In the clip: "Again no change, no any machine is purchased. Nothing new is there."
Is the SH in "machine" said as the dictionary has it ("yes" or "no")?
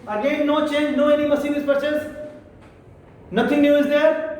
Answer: no